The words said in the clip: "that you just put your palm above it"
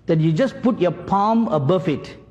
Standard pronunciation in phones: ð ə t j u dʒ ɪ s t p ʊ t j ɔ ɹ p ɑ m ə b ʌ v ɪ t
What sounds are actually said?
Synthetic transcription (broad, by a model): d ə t j u dʒ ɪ s p ʊ t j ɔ p ɑ m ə b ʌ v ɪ t